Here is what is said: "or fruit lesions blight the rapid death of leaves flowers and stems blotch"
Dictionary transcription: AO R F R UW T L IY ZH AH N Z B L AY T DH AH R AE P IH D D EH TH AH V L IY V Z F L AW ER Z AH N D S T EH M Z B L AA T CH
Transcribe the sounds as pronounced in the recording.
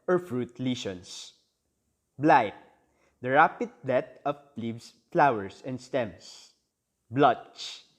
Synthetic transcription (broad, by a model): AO R F R UW T L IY SH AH N S B L AY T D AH R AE P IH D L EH T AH P L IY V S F L AW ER S AH N D S T EH M S B L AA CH